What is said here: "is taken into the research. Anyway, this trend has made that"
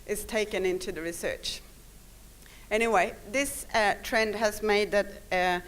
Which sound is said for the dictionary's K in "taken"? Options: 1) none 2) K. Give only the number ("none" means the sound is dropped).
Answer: 2